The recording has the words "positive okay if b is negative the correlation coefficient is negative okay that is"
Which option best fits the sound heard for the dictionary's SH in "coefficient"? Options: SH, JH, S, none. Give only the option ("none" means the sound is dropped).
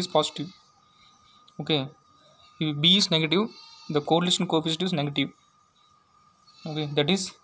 S